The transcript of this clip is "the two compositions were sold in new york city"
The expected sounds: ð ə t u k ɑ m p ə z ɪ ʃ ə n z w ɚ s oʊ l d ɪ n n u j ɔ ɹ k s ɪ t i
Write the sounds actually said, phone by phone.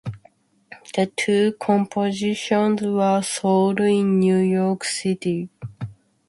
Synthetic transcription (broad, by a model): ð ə t u k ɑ m p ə z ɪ ʃ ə n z w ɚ s oʊ l d ɪ n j u j ɔ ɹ k s ɪ t i